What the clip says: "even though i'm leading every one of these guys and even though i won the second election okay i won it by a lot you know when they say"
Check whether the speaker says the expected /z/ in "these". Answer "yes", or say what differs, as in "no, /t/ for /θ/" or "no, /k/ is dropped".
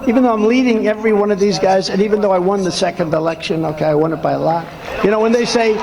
yes